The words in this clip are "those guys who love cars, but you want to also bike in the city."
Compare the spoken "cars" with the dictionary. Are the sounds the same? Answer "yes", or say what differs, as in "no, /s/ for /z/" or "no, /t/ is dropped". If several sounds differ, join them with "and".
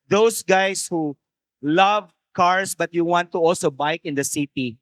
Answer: no, /s/ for /z/